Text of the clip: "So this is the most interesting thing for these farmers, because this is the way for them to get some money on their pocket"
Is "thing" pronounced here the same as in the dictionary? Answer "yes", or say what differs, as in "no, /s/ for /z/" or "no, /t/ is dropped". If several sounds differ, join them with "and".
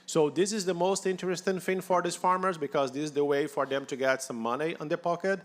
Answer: no, /f/ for /θ/